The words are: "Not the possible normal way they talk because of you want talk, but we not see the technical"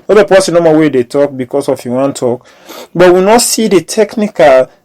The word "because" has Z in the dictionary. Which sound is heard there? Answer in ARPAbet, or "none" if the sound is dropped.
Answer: S